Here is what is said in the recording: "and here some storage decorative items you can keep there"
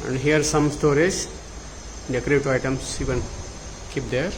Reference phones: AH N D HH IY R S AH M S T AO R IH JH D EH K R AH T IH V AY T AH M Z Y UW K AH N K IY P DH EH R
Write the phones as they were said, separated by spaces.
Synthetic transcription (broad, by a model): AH N D HH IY R S AH M S T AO R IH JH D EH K R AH T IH AY T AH M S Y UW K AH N K IY P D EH R